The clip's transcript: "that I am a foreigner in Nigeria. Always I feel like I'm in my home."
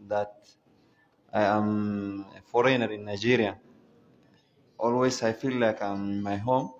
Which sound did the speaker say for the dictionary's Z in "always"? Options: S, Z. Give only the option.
S